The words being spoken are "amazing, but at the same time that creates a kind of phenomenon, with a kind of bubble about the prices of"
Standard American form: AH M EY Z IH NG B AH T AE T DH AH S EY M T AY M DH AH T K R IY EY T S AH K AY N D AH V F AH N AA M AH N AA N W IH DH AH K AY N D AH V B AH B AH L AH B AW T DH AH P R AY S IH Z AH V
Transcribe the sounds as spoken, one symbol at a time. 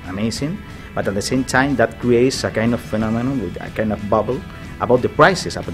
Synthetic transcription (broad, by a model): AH M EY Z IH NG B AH T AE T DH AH S EY M T AY M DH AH T K R IY EY T S AH K AY N D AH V F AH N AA M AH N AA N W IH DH AH K AY N D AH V B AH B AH L AH B AW T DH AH P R AY S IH S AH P